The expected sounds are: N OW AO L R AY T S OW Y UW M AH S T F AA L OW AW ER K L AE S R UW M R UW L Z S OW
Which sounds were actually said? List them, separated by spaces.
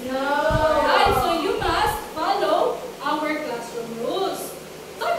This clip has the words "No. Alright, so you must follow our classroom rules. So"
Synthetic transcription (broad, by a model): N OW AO R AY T S OW Y UW M AH S T F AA L OW AW ER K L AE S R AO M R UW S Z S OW